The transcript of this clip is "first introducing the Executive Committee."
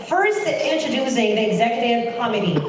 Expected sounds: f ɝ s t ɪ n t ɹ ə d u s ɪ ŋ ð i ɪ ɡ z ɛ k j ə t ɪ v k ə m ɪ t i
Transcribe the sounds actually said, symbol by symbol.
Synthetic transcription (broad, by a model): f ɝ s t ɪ n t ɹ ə d u s ɪ ŋ ð i ɪ ɡ z ɛ k j ə t ɪ v k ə m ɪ t i